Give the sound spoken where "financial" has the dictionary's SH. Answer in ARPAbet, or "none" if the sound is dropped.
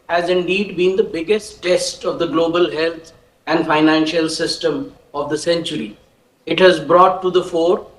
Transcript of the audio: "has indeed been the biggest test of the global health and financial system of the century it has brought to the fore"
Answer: SH